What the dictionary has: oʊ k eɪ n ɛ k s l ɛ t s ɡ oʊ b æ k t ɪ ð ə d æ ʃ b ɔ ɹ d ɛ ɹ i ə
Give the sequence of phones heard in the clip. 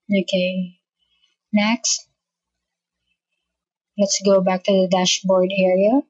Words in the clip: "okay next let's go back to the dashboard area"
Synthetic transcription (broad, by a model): oʊ k eɪ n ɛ k s l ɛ t s ɡ oʊ b æ k t ɪ ð ə d æ ʃ b ɔ ɹ d ɛ ɹ i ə